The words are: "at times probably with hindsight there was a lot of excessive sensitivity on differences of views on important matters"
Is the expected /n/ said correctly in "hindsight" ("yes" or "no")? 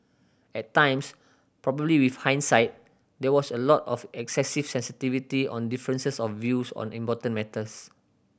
yes